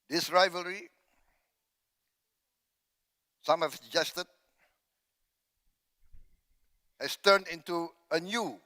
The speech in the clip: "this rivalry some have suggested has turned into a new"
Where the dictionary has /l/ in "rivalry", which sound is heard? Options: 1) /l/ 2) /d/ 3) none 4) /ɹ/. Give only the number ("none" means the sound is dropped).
1